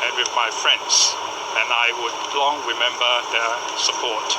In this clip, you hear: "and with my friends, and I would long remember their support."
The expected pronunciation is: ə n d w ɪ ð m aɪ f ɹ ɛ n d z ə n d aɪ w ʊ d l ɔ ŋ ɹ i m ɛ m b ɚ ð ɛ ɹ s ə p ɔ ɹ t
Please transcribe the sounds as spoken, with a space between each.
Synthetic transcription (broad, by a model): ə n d w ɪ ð m aɪ f ɹ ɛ n d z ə n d aɪ w ʊ d l ɔ ŋ ɹ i m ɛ m b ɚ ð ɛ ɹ s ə p ɔ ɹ t